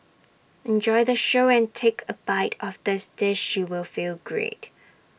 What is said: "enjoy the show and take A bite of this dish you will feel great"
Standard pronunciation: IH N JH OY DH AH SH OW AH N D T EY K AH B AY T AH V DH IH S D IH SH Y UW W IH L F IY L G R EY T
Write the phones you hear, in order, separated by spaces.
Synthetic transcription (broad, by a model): IH N JH OY DH AH SH OW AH N T EY K AH B AY T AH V DH IH S D IH SH Y UW W IH L F IY L G R EY T